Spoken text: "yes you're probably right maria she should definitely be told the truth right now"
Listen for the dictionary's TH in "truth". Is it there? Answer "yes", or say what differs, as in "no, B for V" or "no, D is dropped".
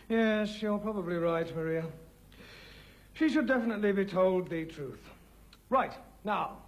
yes